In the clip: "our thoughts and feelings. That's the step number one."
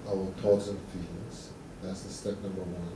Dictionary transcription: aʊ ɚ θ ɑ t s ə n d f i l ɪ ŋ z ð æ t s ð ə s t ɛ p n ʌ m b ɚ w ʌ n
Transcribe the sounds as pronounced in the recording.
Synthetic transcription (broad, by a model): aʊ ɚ t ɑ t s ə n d f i l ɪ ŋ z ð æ t s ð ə s t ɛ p n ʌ m b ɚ w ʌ n